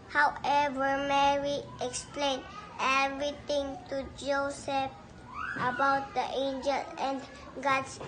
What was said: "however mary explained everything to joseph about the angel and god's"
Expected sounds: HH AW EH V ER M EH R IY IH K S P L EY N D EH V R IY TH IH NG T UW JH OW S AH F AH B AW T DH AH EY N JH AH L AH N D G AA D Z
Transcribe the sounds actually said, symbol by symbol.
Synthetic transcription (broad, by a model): HH AW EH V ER M EH R IY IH K S P L EY N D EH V R IY T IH NG T UW JH OW S AH F AH B AW T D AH EY N JH AH L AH N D G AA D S